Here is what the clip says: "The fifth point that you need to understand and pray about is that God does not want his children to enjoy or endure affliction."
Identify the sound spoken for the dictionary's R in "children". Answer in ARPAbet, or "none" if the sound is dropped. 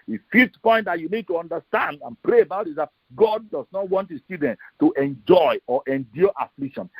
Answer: none